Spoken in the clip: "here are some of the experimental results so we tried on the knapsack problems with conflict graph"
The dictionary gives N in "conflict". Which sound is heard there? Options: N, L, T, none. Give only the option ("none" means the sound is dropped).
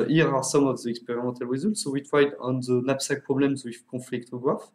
none